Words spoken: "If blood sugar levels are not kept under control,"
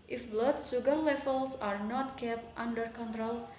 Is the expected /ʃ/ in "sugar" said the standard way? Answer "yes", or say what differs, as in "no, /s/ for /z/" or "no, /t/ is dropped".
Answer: no, /s/ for /ʃ/